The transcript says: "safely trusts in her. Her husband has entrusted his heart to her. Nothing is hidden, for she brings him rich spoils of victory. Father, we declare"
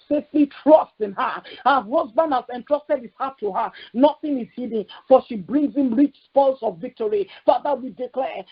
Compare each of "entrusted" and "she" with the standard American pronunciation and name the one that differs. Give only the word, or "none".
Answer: none